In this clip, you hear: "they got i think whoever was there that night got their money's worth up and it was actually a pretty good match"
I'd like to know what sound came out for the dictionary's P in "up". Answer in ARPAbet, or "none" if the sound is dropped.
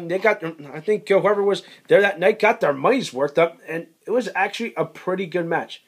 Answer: P